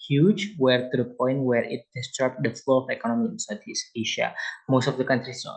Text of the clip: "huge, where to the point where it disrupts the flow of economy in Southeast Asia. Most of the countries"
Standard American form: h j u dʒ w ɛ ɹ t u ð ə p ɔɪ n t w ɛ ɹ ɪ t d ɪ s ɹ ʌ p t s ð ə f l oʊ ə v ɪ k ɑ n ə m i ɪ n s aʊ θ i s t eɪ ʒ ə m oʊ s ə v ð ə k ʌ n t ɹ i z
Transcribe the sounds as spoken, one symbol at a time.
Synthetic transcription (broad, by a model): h j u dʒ w ɛ ɹ t u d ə p ɔɪ n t w ɛ ɹ ɪ t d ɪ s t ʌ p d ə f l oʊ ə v ɪ k ɑ n ə m i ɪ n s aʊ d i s eɪ ʃ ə m oʊ s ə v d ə k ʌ n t ɹ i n